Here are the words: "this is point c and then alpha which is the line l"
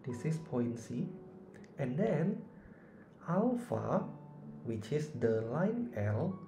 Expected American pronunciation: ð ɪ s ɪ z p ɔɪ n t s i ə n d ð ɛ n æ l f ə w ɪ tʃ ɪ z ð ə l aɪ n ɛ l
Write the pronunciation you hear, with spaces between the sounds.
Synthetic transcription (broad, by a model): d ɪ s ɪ s p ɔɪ n s i ə n d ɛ n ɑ w f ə w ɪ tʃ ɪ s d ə l aɪ n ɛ l